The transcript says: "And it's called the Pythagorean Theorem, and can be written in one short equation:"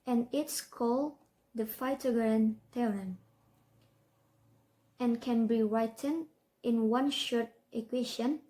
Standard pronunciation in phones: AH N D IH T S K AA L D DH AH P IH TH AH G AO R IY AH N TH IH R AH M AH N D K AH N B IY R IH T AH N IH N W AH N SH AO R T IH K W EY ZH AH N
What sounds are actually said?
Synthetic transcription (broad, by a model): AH N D IH T S K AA L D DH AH F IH T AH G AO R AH N T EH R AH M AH N K AH N B IY R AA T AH N IH N W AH N SH AO R T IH K W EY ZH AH N